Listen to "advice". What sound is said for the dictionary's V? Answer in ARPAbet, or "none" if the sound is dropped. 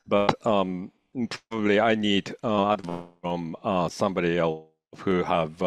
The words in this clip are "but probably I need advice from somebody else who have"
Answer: none